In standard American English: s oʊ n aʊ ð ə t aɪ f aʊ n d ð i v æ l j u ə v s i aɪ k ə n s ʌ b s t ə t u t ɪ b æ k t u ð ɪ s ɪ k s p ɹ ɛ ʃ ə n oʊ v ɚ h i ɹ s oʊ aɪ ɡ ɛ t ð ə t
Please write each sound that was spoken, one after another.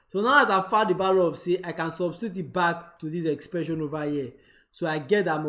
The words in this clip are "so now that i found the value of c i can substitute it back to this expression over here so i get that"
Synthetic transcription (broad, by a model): s oʊ n aʊ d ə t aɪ f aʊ d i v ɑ l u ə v s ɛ aɪ k ə n s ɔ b s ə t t ɪ b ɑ k t u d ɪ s ɪ k s p ɹ ɛ ʃ ə n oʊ v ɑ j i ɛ s oʊ aɪ ɡ ɛ t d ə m